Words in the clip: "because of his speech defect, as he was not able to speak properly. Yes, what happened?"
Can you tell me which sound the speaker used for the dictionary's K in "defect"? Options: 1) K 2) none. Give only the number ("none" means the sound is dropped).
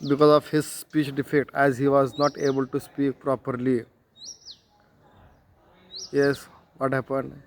2